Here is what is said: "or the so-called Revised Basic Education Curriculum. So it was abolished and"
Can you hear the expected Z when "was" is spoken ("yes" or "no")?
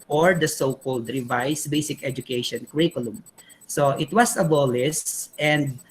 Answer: no